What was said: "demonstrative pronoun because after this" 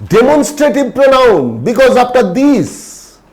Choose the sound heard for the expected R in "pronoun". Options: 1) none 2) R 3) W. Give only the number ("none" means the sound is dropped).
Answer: 2